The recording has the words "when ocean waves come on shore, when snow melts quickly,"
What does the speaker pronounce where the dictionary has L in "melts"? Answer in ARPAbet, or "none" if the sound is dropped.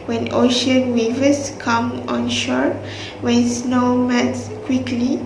none